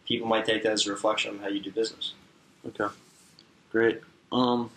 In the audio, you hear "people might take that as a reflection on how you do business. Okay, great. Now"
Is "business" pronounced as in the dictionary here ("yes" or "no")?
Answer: yes